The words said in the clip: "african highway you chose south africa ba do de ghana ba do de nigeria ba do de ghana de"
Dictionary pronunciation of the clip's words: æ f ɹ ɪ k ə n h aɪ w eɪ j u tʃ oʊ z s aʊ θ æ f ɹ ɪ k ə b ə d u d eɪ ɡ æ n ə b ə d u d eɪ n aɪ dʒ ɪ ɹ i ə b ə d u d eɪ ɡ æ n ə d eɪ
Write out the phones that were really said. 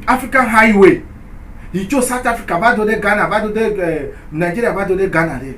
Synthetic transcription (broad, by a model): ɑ f ɹ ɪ k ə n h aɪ w eɪ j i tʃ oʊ s aʊ t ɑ f ɹ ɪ k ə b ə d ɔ d eɪ ɡ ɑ n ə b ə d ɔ d eɪ n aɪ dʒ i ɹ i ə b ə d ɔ d eɪ ɡ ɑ n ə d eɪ